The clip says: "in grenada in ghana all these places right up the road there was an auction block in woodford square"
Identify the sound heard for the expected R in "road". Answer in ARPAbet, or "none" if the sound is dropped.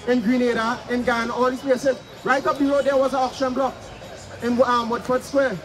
L